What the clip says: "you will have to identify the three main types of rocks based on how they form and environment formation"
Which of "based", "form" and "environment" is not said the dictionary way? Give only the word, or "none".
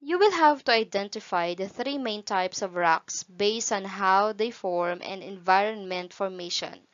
none